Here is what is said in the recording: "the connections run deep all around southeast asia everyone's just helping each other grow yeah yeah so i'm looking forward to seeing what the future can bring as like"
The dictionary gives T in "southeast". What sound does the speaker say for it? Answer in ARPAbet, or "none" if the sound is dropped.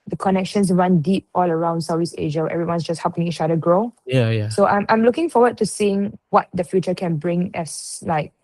none